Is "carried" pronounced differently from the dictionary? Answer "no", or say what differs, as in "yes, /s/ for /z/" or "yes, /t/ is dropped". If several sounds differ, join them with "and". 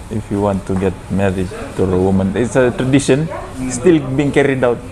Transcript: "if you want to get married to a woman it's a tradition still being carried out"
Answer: no